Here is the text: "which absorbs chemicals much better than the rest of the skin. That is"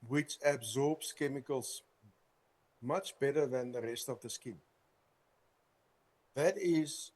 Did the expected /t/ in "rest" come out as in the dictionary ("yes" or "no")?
yes